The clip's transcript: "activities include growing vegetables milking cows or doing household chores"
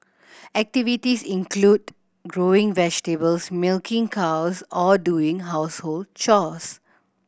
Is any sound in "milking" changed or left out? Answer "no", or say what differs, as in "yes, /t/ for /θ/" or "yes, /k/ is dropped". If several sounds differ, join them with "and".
no